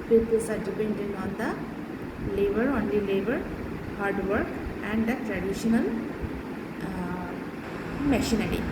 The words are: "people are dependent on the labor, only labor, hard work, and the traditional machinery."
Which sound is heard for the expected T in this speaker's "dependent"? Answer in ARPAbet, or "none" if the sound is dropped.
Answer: none